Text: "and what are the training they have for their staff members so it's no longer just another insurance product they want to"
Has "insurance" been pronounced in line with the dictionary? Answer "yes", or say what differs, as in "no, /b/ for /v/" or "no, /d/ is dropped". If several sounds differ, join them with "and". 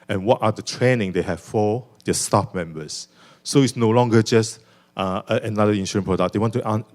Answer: no, /s/ is dropped